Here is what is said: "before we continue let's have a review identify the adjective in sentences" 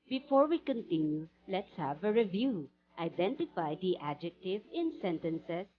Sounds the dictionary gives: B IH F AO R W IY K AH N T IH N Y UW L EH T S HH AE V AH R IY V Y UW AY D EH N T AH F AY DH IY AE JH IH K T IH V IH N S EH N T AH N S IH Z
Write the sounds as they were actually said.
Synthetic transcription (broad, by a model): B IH F AO R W IY K AH N T IH N Y UW L EH T S HH AE V AH R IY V Y UW AY D EH N T AH F AY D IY AE JH IH K T IH V IH N S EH N T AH N S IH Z